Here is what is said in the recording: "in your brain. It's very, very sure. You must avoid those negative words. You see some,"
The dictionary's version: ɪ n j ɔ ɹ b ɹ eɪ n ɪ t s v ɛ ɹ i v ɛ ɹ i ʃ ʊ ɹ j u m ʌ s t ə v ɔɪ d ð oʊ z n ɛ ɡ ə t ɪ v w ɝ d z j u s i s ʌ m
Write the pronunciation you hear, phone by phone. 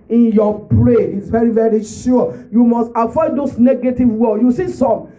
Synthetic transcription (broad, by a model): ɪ n j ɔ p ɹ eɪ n ɪ t s v ɛ ɹ i v ɛ ɹ i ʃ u j u m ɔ s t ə f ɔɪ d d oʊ s n ɛ ɡ ə t ɪ v w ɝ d j u s i s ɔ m